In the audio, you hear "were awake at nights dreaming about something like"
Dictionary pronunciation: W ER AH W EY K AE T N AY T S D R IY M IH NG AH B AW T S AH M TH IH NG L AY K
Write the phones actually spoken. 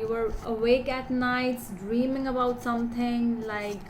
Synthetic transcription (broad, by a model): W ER AH W EY K AE T N AY T S D R IY M IH NG AH B AW T S AH M T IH NG L AY K